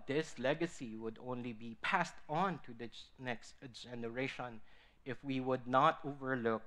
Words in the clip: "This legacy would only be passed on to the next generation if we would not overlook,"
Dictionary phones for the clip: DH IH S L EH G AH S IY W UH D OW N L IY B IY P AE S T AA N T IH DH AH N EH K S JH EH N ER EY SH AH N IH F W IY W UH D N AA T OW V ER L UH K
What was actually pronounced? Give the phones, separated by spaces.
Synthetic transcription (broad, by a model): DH IH S L EH G AH S IY W UH D OW N L IY B IY P AE S T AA N T IH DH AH N EH K S JH EH N ER EY SH AH N IH F W IY W UH D N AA T OW V ER L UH K